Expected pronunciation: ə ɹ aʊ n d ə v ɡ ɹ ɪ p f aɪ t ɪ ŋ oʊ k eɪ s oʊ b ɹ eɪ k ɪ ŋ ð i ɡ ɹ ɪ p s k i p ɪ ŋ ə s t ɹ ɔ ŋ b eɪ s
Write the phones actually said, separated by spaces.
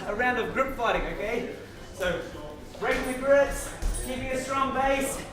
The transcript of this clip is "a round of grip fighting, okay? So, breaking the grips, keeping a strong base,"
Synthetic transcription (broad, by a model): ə ɹ aʊ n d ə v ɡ ɹ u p f aɪ t ɪ ŋ oʊ k eɪ s oʊ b ɹ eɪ ɪ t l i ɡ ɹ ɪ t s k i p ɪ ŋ ə s t ɹ ɔ ŋ b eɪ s